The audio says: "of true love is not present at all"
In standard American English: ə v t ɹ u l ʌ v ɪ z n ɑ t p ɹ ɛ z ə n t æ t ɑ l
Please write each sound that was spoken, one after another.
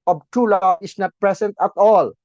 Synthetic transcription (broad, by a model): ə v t u l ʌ ɪ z n ɑ t p ɹ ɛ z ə n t æ t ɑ l